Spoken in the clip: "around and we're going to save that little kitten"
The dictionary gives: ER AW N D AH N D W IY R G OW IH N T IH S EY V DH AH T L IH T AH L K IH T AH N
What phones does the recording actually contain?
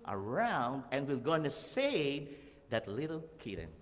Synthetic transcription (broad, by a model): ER AW N D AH N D W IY L G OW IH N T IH S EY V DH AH T L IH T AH L K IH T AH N